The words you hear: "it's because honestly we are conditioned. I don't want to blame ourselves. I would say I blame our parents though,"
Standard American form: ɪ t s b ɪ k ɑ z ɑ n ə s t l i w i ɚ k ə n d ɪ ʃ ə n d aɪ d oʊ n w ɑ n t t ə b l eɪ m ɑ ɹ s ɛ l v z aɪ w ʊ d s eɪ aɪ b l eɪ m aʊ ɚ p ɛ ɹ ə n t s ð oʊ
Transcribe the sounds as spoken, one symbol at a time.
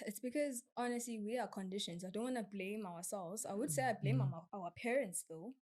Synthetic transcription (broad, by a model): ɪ t s b ɪ k ɑ z ɑ n ə s t l i w i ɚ k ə n d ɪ ʃ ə n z aɪ d oʊ n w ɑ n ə b l eɪ m ɑ w s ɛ l v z aɪ w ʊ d s eɪ aɪ b l eɪ m aʊ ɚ p ɛ ɹ ə n t s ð oʊ